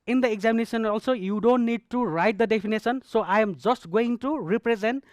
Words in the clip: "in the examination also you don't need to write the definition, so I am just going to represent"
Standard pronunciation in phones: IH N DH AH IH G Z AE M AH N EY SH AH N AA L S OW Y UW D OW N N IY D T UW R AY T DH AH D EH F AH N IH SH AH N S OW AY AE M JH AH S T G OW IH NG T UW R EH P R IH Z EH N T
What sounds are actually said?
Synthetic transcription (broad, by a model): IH N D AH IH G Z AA M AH N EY S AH N AA L S OW Y UW D OW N N IY D T UW R AY T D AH D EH P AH N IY S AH N S OW AY M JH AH S T G OW IH NG T UW R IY P R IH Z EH N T